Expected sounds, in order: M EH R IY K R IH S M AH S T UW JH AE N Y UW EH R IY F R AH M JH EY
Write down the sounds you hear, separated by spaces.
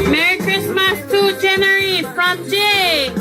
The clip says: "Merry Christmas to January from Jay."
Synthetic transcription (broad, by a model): M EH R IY K R IH S M AH S T UW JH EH N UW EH R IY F R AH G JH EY